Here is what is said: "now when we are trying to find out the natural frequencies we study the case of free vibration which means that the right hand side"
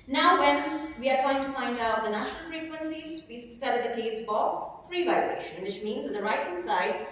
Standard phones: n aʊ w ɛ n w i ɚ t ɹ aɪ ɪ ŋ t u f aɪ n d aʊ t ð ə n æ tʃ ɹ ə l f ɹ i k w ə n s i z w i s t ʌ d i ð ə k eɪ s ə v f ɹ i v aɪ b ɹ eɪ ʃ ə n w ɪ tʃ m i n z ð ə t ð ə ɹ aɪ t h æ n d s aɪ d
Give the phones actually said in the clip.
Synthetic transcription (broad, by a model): n aʊ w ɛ n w i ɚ t ɹ aɪ ɪ ŋ t u f aɪ n d aʊ t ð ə n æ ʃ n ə l f ɹ i k w ə n s i z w i s t ʌ d i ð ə k eɪ s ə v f ɹ i v aɪ b ɹ eɪ ʃ ə n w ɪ tʃ m i n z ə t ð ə ɹ aɪ t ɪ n s aɪ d